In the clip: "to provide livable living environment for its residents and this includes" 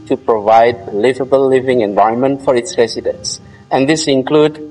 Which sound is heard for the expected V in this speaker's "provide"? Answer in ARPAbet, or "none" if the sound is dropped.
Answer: V